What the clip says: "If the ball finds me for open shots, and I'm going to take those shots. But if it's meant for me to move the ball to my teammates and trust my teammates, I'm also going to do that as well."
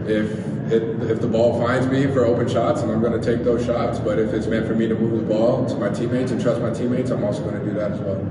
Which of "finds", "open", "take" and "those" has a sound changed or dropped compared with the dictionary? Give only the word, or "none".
none